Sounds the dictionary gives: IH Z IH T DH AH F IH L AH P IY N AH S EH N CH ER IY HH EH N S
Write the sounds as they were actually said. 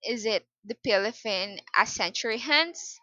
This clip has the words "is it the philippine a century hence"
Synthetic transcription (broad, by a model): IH Z IH T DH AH P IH L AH F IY N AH S EH N CH ER IY HH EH N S